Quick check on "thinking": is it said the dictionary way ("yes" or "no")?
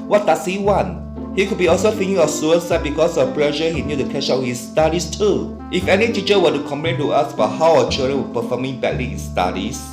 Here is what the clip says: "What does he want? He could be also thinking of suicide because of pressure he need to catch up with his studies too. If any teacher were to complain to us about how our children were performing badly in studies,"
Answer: no